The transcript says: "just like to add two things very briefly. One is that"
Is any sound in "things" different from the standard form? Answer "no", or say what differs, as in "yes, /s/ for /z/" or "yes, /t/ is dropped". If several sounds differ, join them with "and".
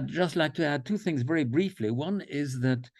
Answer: no